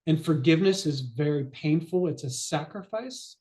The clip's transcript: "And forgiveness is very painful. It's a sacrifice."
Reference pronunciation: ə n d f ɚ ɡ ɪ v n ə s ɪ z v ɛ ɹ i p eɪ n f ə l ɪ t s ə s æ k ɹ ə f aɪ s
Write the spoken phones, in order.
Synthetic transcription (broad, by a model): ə n f ɚ ɡ ɪ v n ə s ɪ z v ɛ ɹ i p eɪ n f l ɪ t s ə s æ k ɹ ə f aɪ s